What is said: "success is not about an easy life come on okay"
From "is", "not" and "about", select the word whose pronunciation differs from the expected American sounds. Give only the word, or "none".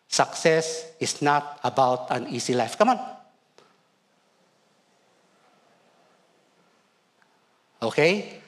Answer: is